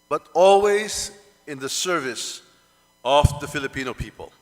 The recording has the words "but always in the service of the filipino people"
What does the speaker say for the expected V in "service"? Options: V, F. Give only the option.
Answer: V